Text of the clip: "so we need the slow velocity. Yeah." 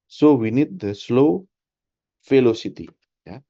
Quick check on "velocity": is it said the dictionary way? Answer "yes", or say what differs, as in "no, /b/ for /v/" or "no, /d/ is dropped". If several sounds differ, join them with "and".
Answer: no, /f/ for /v/